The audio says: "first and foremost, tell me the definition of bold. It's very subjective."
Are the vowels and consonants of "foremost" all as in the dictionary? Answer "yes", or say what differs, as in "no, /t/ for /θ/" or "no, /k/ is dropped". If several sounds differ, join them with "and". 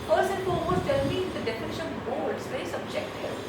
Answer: no, /l/ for /ɹ/